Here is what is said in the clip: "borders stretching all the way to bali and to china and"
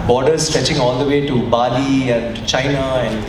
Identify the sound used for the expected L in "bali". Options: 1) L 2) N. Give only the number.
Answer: 1